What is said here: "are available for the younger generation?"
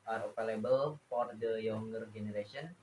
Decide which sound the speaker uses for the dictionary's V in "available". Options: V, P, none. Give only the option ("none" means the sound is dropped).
P